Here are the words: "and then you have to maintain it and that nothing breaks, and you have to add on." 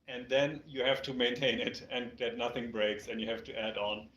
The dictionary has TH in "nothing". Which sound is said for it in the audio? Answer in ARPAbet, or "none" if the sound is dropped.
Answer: TH